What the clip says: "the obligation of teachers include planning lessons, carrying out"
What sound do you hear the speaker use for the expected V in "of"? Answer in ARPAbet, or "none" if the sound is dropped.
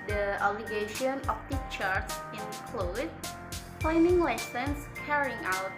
P